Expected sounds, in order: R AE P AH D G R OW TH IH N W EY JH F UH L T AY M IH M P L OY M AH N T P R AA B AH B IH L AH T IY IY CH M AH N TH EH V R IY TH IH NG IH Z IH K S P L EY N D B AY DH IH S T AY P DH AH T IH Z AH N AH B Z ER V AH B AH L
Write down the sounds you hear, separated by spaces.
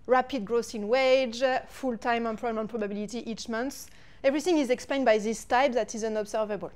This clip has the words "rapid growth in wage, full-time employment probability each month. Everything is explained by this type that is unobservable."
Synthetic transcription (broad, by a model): R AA P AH D G R OW S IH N W EY JH F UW L T AY M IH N P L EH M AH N P R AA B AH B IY L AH T IY IY CH M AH N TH EH V R IY TH IH NG IH Z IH K S P L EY N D B AY DH IH S T AY P DH AH T IH Z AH N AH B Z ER V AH B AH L